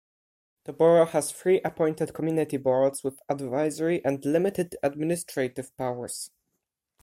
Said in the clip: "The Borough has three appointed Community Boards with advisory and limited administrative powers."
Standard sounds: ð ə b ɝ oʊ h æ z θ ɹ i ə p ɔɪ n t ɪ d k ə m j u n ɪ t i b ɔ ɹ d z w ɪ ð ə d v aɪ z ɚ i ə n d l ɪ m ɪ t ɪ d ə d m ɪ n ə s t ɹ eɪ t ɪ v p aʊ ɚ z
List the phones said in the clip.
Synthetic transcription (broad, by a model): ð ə b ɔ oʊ h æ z f ɹ i ə p ɔɪ n t ɪ d k ə m j u n ɪ t i b ɔ ɹ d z w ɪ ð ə d v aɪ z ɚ i ə n d l ɪ m ɪ t ɪ d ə d m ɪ n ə s t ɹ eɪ t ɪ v p aʊ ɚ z